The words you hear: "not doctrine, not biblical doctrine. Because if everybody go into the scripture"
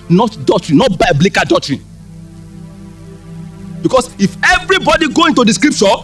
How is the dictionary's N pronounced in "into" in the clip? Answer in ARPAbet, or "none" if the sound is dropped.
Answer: N